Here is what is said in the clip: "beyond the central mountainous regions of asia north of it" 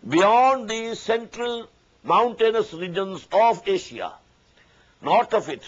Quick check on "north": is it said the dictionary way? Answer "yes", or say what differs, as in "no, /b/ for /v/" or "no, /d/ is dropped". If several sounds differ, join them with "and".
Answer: no, /t/ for /θ/